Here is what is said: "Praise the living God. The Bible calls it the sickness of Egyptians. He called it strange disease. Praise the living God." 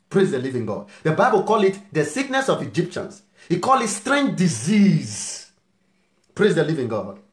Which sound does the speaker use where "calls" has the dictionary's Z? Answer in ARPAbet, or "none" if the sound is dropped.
none